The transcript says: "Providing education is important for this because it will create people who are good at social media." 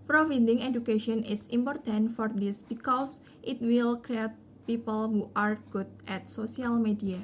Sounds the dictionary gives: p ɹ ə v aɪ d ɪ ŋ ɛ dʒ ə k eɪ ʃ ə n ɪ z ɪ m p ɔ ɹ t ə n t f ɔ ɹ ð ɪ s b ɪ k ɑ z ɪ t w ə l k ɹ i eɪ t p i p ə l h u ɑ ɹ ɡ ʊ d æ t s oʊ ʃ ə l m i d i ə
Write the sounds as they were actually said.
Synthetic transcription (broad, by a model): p ɹ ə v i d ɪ ŋ ɛ dʒ ə k eɪ ʃ ə n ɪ s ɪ m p ɔ ɹ t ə n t f ɔ ɹ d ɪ s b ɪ k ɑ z ɪ t w ə l k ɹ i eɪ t p i p ə l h u ɑ ɹ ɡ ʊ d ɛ t s oʊ s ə l m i d i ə